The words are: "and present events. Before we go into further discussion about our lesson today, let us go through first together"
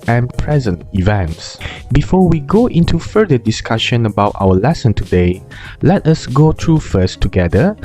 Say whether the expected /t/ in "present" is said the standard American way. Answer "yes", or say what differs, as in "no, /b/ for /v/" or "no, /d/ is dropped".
yes